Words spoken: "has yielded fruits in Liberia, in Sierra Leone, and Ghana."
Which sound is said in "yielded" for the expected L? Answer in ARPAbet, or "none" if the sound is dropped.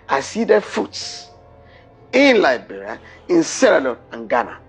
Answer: none